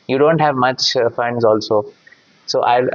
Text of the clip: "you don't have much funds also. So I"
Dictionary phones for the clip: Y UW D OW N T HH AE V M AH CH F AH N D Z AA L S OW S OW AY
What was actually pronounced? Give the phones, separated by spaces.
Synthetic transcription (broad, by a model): Y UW D OW N T HH AE V M AH CH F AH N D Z AA L S OW S OW AY